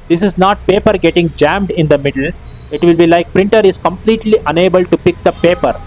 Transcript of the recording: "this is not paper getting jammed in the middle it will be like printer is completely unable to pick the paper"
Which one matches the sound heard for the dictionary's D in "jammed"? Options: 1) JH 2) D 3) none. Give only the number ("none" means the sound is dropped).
2